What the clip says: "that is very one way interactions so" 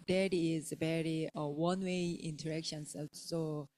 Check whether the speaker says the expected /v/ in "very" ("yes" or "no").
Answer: no